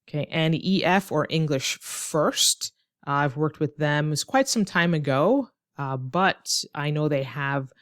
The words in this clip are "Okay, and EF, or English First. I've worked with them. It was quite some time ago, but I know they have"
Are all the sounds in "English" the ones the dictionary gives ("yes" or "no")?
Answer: yes